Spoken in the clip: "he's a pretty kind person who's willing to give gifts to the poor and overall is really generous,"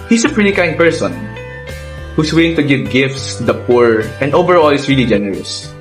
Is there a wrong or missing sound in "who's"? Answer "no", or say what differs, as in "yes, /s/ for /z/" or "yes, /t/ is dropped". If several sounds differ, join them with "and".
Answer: yes, /s/ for /z/